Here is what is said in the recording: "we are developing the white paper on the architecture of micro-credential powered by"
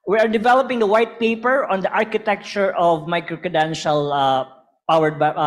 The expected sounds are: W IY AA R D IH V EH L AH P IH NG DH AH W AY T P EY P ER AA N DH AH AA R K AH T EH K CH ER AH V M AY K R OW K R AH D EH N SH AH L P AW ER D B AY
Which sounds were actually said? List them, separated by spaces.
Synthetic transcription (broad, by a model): W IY AA R D IH V EH L AH P IH NG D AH W AY T P EY P ER AA N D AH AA R K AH T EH K CH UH AH V M AY K R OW K AH D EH N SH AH L P AW ER D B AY